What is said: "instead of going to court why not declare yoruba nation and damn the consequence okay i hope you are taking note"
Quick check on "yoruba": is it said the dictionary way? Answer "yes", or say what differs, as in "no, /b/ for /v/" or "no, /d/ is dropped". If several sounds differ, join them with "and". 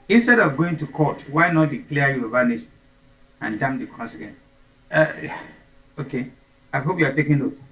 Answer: no, /b/ is dropped